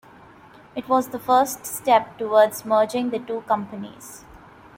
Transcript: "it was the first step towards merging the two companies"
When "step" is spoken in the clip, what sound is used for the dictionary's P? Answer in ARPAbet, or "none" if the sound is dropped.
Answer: P